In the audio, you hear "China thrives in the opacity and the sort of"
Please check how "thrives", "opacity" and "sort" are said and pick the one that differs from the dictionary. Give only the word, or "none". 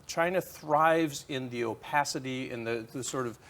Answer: none